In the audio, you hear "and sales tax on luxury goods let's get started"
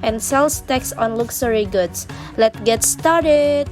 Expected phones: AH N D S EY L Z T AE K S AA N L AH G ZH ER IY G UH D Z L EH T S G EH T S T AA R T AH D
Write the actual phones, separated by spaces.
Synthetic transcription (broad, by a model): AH N S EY L S T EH K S AA N L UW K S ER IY G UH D S L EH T G EH T S T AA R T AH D